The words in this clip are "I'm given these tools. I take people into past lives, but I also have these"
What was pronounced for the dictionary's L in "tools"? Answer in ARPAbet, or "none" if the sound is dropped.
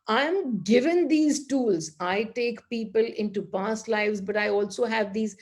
L